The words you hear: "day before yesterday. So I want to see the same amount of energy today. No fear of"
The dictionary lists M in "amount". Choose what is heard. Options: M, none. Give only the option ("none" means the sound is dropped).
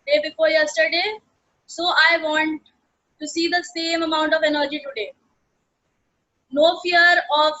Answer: M